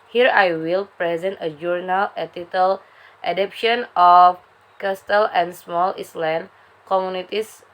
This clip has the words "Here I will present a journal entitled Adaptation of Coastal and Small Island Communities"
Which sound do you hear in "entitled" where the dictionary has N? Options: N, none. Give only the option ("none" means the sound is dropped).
none